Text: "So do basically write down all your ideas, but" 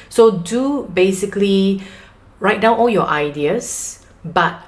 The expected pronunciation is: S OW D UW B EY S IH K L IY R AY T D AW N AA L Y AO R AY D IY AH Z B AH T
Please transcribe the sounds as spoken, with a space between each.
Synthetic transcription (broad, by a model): S OW D UW B EY S IH K L IY R AY T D AW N AA L Y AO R AY D IY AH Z B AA T